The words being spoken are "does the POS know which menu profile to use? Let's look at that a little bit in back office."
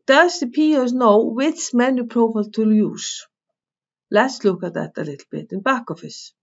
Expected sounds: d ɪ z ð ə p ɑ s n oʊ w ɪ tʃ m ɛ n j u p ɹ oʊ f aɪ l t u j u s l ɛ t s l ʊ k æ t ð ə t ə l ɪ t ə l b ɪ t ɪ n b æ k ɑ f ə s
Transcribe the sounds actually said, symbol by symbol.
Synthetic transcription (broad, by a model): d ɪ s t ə p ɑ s n oʊ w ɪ s m ɛ n j u p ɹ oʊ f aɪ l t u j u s l ɛ t s l ʊ k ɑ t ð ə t ə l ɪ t l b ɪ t ɪ n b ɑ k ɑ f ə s